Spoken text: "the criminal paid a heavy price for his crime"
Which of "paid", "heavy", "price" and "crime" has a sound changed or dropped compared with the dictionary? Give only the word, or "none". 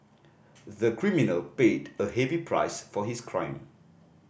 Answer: none